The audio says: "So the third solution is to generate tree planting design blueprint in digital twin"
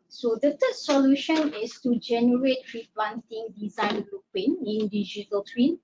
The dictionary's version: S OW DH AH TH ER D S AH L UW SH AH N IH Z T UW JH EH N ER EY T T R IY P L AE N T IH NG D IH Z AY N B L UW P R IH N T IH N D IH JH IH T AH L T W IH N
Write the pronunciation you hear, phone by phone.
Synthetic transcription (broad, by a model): S OW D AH T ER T S AH L UW SH AH N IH S T UW JH EH N ER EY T T R IY P L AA N T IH NG D IH Z AY N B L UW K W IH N IH N D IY JH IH T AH L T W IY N